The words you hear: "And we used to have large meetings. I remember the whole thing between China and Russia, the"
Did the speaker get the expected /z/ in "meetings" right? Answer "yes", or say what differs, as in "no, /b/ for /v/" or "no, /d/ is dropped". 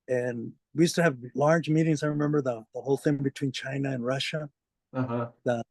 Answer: yes